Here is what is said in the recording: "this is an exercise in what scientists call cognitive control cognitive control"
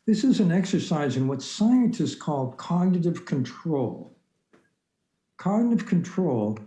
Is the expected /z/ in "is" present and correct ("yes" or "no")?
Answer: yes